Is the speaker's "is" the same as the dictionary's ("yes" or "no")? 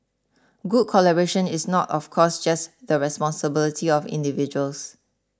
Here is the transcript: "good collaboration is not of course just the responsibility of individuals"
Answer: no